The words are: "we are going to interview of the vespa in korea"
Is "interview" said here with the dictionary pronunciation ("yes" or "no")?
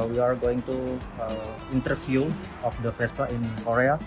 no